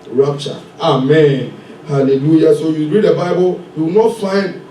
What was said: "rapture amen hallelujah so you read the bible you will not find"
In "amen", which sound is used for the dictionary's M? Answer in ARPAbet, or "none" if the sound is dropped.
M